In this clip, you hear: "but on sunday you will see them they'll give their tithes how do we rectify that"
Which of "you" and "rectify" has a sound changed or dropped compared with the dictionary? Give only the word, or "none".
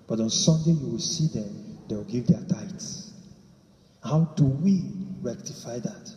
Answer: none